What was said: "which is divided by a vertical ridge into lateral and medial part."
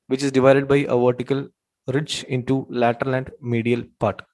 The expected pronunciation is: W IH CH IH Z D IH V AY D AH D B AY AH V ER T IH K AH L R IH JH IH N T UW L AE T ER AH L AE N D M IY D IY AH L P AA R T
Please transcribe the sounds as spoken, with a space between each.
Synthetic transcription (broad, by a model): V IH CH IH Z D IH V AY D AH D B AY AH V ER T IH K AH L R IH CH IH N T UW L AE T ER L AE N D M IY D IY AH L P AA R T